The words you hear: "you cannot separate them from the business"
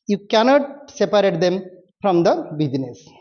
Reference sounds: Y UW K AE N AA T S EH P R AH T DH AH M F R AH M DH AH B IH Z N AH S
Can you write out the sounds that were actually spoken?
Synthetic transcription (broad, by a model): Y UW K AE N AA T S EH P R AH T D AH M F R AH M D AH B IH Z N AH S